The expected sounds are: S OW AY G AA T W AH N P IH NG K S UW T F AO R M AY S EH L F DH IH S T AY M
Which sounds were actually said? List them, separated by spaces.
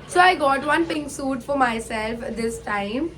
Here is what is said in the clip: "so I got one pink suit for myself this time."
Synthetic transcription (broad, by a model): S OW AY G AA T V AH N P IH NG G S UW T F AO R M AY S EH L F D IH S T AY M